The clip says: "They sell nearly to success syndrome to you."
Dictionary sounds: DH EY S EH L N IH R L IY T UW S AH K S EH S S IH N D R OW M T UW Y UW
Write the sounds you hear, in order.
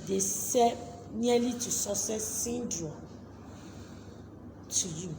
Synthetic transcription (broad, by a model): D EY S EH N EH L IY T UW S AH S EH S S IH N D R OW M T UW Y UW